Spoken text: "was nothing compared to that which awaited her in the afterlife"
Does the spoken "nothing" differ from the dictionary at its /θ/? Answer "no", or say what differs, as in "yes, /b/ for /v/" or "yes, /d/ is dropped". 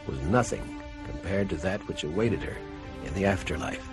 no